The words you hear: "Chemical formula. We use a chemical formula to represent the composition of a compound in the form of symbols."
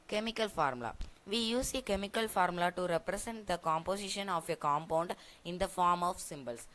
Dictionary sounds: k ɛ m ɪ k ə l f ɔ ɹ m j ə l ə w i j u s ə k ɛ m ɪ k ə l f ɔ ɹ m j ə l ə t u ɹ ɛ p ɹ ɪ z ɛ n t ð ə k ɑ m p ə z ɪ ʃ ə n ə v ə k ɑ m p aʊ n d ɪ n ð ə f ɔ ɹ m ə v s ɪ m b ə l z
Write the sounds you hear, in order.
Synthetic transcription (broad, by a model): k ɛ m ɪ k ə l f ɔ ɹ m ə l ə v i j u s ə k ɛ m ɪ k ə l f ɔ ɹ m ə l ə t u ɹ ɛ p ɹ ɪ s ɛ n t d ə k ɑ m p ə s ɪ ʃ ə n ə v ə k ɑ m p aʊ n d ɪ n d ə f ɔ ɹ m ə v s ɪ m b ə l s